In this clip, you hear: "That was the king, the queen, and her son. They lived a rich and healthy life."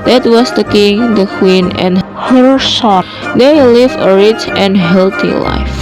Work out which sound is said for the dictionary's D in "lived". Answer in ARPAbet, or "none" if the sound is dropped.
none